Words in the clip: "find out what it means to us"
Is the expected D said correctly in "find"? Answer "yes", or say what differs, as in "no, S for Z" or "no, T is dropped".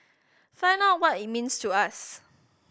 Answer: no, D is dropped